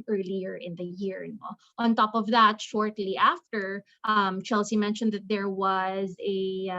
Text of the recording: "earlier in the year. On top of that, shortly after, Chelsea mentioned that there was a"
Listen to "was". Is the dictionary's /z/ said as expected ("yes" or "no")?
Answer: yes